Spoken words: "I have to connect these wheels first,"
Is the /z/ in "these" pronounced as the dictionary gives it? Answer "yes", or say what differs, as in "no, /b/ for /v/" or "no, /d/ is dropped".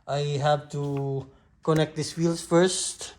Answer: no, /s/ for /z/